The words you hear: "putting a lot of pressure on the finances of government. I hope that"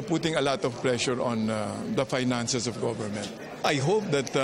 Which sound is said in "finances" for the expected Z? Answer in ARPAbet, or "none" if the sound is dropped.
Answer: S